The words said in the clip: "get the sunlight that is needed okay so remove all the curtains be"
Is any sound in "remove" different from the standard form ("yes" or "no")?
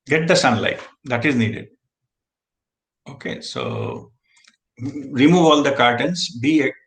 no